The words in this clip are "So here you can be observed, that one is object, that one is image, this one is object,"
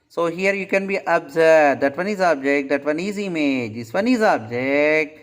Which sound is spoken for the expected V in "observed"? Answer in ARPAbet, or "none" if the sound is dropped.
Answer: none